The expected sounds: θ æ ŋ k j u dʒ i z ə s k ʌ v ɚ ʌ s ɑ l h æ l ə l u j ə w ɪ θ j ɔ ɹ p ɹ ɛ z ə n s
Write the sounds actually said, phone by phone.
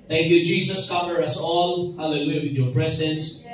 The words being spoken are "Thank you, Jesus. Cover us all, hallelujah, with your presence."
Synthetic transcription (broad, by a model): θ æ ŋ k j u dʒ i s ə s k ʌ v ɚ ʌ s ɑ l h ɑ l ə l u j w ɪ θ j ɔ ɹ p ɹ ɛ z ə n s